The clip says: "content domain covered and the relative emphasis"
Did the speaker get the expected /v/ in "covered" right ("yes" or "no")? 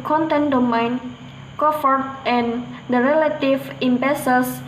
no